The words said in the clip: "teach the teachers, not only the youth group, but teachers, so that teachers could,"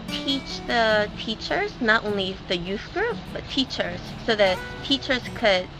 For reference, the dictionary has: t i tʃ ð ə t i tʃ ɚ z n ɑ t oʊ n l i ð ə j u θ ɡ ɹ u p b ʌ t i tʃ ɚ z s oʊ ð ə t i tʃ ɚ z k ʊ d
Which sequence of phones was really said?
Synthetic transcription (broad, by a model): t i tʃ ð ə t i tʃ ɚ z n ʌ t oʊ n l i ð ə j u θ ɡ ɹ u p b ʌ t i tʃ ɚ z s oʊ ð ə t i tʃ ɚ z k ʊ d